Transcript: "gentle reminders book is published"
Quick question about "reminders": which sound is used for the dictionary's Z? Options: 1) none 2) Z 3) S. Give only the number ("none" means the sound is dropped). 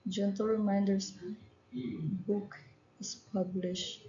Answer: 3